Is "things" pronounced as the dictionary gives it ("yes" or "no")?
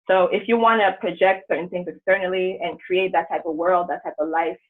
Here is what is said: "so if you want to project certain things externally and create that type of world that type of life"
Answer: yes